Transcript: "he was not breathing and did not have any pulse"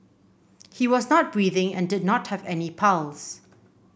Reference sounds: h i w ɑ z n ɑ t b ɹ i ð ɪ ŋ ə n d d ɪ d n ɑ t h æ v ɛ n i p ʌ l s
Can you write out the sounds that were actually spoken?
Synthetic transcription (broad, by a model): h i w ɑ z n ɑ t b ɹ i ð ɪ ŋ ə n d d ɪ d n ɑ t h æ v ɛ n i p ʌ l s